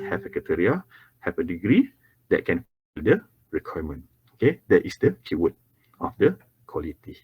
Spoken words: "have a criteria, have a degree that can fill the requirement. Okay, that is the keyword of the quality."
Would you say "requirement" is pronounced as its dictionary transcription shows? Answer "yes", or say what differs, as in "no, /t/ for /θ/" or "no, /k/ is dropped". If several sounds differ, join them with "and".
no, /t/ is dropped